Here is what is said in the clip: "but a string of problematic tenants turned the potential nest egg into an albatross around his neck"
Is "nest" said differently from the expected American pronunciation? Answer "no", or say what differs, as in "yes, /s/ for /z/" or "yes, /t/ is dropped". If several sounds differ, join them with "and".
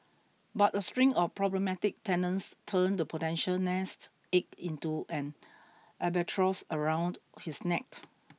no